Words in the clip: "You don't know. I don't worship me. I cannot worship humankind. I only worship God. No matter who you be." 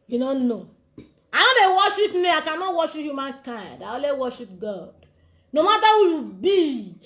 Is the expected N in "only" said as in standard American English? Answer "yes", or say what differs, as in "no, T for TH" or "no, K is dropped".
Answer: no, N is dropped